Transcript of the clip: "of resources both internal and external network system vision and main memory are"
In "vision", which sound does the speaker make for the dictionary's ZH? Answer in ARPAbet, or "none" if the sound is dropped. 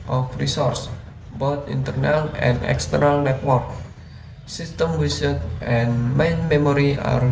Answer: S